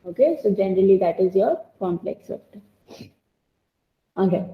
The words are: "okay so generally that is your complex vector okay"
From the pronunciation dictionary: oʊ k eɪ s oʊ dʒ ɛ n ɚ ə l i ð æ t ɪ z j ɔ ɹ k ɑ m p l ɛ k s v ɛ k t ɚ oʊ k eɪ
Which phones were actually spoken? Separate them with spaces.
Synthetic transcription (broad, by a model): oʊ k eɪ s oʊ dʒ ɛ n ɚ ə l i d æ t ɪ z j ɔ ɹ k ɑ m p l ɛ k s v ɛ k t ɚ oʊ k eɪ